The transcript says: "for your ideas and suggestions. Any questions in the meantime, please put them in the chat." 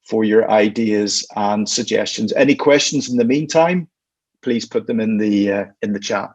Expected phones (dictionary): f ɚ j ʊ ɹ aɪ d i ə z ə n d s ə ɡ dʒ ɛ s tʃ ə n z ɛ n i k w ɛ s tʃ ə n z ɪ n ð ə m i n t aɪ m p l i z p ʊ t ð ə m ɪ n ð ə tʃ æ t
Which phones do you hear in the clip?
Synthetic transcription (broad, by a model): f ɚ j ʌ ɹ aɪ d i ə z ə n s ə ɡ dʒ ɛ s tʃ ə n z ɛ n i k w ɛ s tʃ ə n z ɪ n ð ə m i n t aɪ m p l i z p ʊ t ð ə m ɪ n ð ə tʃ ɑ t